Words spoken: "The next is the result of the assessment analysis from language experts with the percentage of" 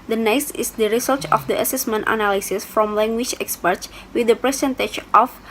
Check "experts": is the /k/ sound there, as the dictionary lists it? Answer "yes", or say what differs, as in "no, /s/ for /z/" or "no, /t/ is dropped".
yes